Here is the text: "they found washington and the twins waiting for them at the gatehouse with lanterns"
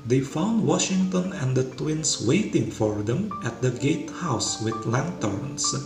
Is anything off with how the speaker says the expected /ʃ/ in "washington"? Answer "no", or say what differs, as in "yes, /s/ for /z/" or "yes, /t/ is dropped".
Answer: no